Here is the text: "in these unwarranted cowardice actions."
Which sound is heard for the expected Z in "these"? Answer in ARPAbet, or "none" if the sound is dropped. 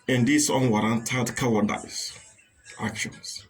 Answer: S